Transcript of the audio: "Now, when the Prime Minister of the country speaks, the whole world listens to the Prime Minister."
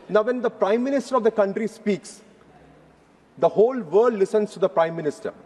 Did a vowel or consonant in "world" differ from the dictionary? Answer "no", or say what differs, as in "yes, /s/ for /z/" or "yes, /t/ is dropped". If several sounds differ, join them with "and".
yes, /l/ is dropped